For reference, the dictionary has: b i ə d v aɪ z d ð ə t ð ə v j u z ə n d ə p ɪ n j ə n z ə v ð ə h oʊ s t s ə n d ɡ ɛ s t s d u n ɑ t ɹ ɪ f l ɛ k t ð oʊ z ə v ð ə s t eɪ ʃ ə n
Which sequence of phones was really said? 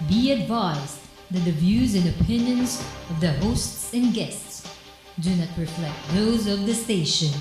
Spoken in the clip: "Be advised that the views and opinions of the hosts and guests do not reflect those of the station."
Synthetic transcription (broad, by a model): b i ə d v aɪ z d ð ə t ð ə v j u z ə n ə p ɪ n j ə n z ə v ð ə h oʊ s t s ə n ɡ ɛ s t s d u n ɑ t ɹ ɪ f l ɛ k t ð oʊ z ə v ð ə s t eɪ ʃ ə n